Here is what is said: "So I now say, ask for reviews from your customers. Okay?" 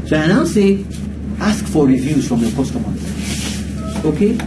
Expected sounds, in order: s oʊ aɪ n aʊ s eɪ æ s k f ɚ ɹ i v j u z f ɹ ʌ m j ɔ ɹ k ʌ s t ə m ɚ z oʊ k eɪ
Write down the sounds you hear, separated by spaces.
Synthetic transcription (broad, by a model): s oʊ aɪ n aʊ s eɪ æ s k f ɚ ɹ i v j u z f ɹ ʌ m j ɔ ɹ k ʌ s t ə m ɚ oʊ k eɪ